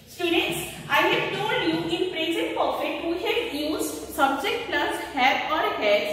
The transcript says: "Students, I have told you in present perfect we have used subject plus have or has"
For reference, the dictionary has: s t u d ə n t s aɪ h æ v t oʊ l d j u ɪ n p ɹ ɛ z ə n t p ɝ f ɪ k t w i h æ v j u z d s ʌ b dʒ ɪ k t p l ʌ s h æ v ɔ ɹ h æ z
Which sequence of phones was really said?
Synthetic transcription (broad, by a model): s t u d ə n t s aɪ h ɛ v t oʊ l d j u ɪ n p ɹ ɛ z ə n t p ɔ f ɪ t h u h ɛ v j u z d s ʌ b dʒ ɪ k t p l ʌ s h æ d ɔ ɹ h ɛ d